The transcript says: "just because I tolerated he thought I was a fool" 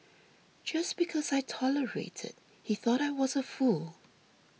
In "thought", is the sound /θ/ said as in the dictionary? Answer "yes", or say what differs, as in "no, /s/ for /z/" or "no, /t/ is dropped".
yes